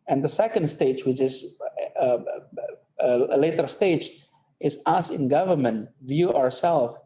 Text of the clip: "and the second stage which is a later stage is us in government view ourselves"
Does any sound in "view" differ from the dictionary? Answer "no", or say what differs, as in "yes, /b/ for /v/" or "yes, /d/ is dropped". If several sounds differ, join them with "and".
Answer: no